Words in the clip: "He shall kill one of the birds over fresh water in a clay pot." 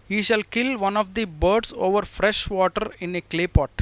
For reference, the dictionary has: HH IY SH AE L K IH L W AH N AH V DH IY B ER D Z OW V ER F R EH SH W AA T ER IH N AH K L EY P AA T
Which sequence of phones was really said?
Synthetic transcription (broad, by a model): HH IY SH AE L K IH L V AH N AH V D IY B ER D S OW V ER F R EH SH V AA T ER IH N AH K L EY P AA T